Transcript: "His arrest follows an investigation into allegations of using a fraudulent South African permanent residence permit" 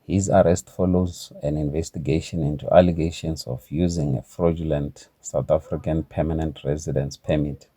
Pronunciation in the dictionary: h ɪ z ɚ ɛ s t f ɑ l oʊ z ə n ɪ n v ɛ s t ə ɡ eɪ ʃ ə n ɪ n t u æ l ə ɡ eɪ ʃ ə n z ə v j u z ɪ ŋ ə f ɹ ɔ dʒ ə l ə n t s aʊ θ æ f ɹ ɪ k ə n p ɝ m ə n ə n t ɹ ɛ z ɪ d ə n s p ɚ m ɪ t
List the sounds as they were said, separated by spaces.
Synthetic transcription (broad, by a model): h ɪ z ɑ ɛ s t f ɑ l oʊ z ə n ɪ n v ɛ s t ə ɡ eɪ ʃ ə n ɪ n t u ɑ l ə ɡ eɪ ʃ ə n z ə f j u z ɪ ŋ ə f ɹ ɔ dʒ ə l ə n t s aʊ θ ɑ f ɹ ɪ k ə n p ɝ m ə n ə n t ɹ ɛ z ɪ d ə n s p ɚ m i t